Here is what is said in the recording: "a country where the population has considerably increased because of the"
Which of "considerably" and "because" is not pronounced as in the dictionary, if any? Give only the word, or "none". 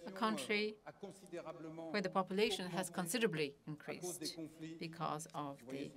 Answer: none